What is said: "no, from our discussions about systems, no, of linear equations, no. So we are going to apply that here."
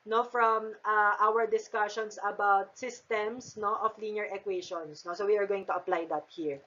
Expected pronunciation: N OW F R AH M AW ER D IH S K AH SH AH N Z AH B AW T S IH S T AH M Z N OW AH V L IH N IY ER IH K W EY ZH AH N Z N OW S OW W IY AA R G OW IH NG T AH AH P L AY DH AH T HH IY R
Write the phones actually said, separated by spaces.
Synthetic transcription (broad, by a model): N OW F R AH M AW ER D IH S K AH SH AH N S AH B AW T S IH S T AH M S N OW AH F L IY N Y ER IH K W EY SH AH N S N OW S OW W IY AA R G OW IH NG T AH AH P L AY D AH T HH IY R